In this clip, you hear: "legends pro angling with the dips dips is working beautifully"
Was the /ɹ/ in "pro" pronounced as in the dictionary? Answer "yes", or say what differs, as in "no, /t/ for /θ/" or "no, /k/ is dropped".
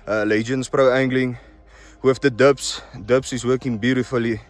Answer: yes